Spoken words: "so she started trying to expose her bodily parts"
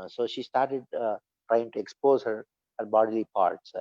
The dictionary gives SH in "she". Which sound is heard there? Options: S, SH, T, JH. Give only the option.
SH